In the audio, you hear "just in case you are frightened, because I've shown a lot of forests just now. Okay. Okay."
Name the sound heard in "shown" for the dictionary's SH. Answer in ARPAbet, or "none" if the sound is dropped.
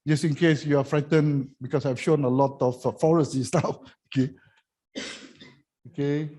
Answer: SH